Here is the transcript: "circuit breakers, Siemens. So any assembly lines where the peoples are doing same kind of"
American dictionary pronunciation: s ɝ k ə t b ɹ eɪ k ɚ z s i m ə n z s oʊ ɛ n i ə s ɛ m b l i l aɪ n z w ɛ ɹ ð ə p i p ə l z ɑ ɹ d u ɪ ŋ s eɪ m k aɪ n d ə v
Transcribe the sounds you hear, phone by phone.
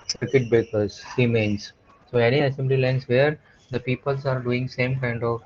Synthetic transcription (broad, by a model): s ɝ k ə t b eɪ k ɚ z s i m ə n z s oʊ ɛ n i ə s ɛ m b l i l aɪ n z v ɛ ɹ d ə p i p ə l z ɑ ɹ d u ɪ ŋ s eɪ m k aɪ n d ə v